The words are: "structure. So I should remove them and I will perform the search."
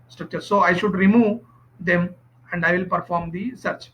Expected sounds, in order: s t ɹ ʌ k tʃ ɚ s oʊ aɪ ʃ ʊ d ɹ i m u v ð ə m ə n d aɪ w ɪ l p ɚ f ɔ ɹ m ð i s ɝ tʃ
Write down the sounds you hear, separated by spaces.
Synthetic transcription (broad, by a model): s t ɹ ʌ k tʃ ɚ s oʊ aɪ ʃ ʊ d ɹ i m u v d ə m ə n d aɪ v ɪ l p ɚ f ɔ ɹ m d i s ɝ tʃ